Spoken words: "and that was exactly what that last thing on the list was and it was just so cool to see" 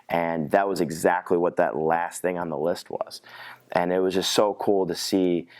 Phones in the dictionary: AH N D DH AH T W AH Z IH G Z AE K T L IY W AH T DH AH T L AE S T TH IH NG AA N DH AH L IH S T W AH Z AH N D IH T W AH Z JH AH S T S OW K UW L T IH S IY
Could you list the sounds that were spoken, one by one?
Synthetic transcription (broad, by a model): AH N DH AH T W AH Z IH G Z AE K T L IY W AH T DH AH T L AE S T TH IH NG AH N DH AH L IH S T W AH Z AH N IH T W AH Z JH AH S T S OW K UW L T IH S IY